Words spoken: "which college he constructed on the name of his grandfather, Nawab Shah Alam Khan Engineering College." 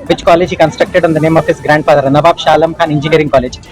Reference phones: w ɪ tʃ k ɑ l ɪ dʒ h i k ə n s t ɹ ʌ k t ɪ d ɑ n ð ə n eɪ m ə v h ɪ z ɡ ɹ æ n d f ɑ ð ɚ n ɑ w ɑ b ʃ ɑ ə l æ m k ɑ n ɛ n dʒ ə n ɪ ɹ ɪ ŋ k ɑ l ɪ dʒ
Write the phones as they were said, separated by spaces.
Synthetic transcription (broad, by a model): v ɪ tʃ k ɑ l ɪ dʒ h i k ə n s t ɹ ʌ k t ɪ d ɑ n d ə n eɪ m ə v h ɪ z ɡ ɹ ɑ n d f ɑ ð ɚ n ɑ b ɑ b ʃ ɑ l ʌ m k ɑ n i n dʒ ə n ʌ ɹ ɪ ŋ k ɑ l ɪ dʒ